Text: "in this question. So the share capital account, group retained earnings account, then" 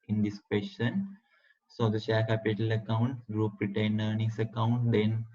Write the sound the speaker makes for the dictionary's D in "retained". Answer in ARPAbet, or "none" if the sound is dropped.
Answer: none